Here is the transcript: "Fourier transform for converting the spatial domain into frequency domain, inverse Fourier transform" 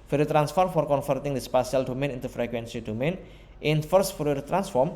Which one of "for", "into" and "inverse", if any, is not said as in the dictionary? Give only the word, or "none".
inverse